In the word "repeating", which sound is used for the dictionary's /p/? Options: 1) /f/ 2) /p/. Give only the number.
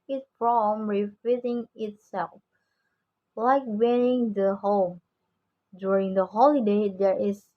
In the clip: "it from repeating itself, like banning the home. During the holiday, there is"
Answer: 1